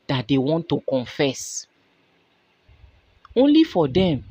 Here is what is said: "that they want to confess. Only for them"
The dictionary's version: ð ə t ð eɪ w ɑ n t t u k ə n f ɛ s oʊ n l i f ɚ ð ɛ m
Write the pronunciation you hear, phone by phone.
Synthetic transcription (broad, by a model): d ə t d eɪ w ɑ n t t u k ə n f ɛ s oʊ n l i f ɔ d ɛ m